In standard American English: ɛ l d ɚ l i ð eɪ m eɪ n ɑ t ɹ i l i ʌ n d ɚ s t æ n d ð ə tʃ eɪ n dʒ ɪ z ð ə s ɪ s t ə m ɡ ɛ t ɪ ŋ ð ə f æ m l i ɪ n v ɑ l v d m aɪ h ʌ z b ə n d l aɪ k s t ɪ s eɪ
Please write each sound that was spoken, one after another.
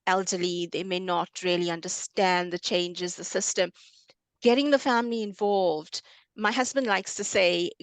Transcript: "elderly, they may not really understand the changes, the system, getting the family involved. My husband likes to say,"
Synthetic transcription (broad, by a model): ɛ l d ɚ l i ð eɪ m eɪ n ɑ t ɹ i l i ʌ n d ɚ s t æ n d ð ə tʃ eɪ n dʒ ɪ z ð ə s ɪ s t ə m ɡ ɛ t ɪ ŋ ð ə f æ m l i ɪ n v ɑ l v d m aɪ h ʌ z b ə n d l aɪ k s t ɪ s eɪ